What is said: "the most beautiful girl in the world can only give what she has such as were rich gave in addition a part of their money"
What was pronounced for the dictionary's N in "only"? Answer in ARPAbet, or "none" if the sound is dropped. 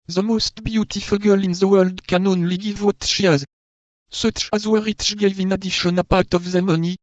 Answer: N